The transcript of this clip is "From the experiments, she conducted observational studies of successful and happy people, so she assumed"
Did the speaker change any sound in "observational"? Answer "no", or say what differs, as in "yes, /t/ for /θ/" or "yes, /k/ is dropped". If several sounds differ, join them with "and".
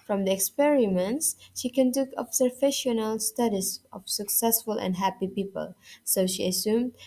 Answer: yes, /f/ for /v/